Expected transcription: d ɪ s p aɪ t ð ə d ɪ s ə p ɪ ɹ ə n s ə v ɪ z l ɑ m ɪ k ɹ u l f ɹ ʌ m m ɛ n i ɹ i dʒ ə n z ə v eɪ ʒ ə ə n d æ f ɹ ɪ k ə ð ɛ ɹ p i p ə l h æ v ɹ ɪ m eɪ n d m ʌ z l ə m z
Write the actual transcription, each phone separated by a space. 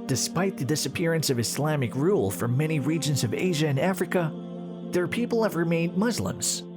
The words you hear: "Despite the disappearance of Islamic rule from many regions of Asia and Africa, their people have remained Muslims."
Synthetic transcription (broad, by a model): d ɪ s p aɪ t ð ə d ɪ s ə p ɪ ɹ ə n s ə v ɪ s l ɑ m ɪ k ɹ u l f ɹ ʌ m m ɛ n i ɹ i dʒ ə n z ə v eɪ ʒ ə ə n æ f ɹ ɪ k ə ð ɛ ɹ p i p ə l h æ v ɹ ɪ m eɪ n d m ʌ z l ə m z